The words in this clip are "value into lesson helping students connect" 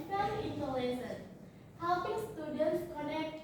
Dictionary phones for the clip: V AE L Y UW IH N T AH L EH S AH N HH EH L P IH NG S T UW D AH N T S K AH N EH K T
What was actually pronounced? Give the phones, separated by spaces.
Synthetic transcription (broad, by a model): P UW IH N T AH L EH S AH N HH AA W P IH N S T UW D AH N T S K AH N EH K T